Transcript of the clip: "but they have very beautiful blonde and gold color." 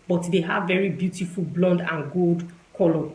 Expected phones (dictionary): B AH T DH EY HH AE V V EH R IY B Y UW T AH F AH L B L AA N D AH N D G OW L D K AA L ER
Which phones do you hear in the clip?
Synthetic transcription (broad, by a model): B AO T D EY HH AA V V EH R IY B Y UW T AH F AH L B L AA N D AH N G OW L D K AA L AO